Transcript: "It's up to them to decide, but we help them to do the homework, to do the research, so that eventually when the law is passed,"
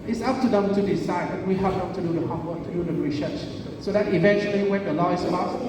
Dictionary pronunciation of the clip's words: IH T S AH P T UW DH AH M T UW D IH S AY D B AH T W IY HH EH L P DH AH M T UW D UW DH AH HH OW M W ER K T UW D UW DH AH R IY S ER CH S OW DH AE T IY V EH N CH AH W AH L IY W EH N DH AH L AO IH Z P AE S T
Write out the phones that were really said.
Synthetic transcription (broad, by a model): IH T S AH P T UW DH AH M T UW D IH S AY D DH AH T W IY HH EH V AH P T UW D UW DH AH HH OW W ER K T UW D UW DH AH R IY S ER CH S OW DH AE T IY V EH N CH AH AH L IY W EH N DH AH L AO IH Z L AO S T